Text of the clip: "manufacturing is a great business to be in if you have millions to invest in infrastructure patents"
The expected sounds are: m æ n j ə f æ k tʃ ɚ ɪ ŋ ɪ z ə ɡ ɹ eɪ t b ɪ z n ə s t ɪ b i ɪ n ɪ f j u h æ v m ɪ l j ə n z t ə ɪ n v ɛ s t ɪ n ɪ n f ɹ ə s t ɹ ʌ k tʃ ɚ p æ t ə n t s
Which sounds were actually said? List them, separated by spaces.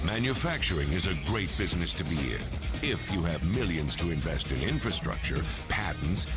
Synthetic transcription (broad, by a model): m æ n j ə f æ k tʃ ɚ ɪ ŋ ɪ z ə ɡ ɹ eɪ t b ɪ z n ə s t ɪ b i ɪ n ɪ f j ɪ v m ɪ l j ə n z t ə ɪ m v ɛ s t ɪ n ɪ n f ɹ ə s t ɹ ʌ k tʃ ɚ p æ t n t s